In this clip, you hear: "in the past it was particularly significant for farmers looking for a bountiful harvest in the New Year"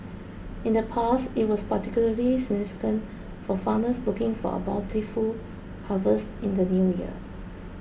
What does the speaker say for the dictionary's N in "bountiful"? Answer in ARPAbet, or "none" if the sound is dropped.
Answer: L